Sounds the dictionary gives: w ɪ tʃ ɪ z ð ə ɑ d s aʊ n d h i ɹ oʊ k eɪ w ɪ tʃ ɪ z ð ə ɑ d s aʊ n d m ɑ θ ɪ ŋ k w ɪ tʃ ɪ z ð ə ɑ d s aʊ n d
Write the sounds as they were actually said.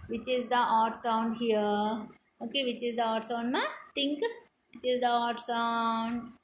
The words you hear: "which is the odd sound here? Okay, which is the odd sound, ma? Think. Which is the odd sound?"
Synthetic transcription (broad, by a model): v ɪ tʃ ɪ z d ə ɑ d s aʊ n d h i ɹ oʊ k eɪ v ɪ tʃ ɪ z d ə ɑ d s aʊ n d m ɑ t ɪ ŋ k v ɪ tʃ ɪ z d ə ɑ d s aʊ n d